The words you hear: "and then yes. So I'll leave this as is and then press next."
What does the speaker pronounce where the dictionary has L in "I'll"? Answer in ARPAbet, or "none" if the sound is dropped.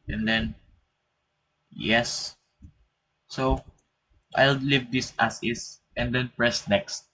L